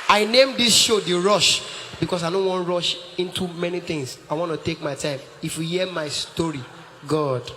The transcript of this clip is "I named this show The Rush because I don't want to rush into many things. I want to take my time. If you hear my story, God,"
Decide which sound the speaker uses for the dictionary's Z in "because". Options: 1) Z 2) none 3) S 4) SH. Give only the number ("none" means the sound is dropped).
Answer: 3